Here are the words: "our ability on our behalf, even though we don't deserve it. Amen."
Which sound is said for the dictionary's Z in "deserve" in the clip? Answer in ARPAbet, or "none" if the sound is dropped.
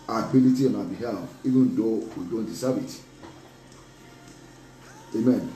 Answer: S